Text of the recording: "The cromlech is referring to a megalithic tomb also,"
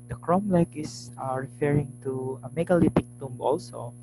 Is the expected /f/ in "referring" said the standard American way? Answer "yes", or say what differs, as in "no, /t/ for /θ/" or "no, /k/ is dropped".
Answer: yes